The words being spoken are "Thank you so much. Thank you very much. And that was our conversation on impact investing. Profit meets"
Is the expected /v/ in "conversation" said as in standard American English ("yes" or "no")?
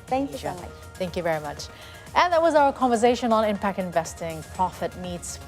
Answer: yes